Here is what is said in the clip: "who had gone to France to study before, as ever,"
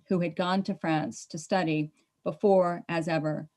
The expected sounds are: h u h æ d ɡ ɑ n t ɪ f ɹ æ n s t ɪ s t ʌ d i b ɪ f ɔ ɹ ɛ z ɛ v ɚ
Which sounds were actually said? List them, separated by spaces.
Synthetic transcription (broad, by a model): h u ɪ d ɡ ɑ n t ɪ f ɹ æ n s t ɪ s t ʌ d i b ɪ f ɔ ɹ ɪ z ɛ v ɚ